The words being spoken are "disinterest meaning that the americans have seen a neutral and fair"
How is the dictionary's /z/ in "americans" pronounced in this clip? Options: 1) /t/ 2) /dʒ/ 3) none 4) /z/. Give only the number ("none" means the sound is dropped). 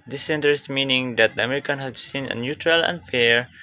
3